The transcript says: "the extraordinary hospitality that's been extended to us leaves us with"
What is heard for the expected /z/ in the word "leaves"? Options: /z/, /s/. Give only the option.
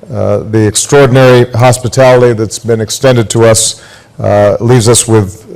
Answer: /z/